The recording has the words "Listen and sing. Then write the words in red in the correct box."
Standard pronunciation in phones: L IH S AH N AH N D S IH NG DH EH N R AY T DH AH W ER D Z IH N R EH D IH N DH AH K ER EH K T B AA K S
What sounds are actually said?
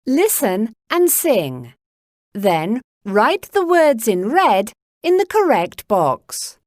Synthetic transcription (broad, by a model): L IH S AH N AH N S IH NG DH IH N R AY T DH AH W ER D Z IH N R EH D IH N DH AH K ER EH K T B AA K S